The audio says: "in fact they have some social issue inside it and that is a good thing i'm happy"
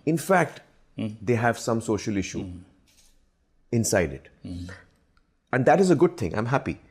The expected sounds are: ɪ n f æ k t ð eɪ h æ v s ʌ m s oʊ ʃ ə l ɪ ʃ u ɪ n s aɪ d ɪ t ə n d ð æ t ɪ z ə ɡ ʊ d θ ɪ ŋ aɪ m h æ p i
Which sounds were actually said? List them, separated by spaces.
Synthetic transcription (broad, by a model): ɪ n f æ k t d eɪ h æ v s ʌ m s oʊ ʃ ə l ɪ ʃ u ɪ n s aɪ d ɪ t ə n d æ t ɪ z ə ɡ ʊ d t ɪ ŋ aɪ m h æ p i